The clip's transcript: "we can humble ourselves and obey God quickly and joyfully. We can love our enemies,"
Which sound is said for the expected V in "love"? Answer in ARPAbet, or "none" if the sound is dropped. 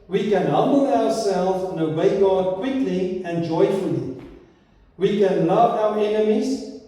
V